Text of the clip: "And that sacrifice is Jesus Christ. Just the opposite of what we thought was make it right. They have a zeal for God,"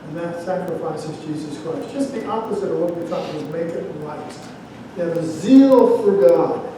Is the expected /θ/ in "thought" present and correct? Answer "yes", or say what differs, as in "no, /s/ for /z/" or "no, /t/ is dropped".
no, /t/ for /θ/